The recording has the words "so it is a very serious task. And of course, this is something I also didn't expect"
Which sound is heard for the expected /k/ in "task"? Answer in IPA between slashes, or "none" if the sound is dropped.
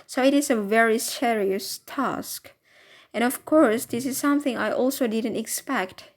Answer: /k/